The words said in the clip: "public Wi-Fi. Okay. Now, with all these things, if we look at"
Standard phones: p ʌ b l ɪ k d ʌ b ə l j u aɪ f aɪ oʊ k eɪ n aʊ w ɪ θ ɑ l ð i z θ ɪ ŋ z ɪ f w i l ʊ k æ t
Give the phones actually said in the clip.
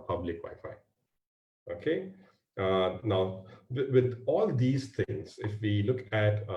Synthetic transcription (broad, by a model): p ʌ b l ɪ k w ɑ ə f aɪ oʊ k eɪ n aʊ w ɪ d ɑ l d i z t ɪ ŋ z ɪ f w i l ʊ k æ t